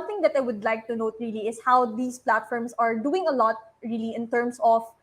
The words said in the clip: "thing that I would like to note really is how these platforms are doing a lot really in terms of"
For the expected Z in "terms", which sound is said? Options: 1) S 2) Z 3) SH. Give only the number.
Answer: 1